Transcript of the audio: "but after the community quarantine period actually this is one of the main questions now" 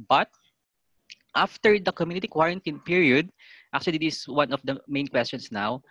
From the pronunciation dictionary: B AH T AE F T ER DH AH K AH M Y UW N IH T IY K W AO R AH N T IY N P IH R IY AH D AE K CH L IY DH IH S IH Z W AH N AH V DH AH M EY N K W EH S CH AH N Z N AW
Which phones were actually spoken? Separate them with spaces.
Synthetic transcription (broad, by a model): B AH T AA F T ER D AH K AH M Y UW N IH T IY K W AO R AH N T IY N P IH R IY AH D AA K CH IY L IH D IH S W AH N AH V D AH M EY N K W EH S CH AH N S N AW